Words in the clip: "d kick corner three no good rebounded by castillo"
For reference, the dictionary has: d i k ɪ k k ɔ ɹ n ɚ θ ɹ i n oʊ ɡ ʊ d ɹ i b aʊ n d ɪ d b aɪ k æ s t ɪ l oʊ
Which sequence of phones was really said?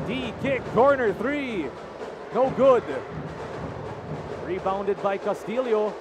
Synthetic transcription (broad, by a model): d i k ɪ k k ɔ ɹ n ɚ θ ɹ i n oʊ ɡ ʊ d ɹ i b aʊ n d ɪ d b aɪ k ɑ s t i l oʊ